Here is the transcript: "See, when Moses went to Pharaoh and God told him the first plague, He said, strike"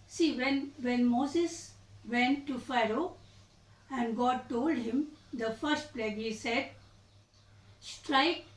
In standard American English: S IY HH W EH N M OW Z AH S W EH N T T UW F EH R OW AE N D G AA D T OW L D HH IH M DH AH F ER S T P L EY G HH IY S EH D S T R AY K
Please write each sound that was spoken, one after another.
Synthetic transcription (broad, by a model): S IY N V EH N M OW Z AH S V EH N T T UW F EH R OW AE N D G AA D T OW L D HH IH M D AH F ER S T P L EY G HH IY S EH D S T R AY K